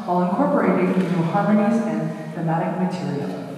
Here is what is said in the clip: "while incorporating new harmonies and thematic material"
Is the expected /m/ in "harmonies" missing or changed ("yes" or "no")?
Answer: yes